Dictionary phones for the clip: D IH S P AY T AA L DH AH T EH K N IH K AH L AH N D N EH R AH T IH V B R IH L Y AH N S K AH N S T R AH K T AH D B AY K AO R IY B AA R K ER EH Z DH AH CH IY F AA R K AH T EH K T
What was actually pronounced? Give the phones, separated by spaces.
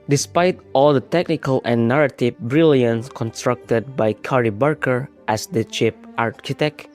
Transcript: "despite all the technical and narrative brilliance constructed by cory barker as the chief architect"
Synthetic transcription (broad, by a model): D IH S P AY T AA L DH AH T EH K N IH K AH L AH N N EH R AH T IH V B R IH L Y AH N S K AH N S T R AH K T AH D B AY K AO R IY B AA R K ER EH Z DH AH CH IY P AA R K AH T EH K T